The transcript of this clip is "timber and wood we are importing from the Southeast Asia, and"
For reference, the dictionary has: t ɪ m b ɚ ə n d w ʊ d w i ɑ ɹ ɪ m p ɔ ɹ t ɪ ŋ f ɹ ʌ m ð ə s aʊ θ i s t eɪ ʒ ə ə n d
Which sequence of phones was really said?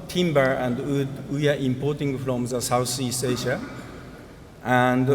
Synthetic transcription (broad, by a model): t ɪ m b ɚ ə n d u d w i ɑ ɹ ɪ m p ɔ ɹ t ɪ ŋ f ɹ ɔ m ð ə s aʊ s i s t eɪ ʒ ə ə n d